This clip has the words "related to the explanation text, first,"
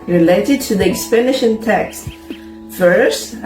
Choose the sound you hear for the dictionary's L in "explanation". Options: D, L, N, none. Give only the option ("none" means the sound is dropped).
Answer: none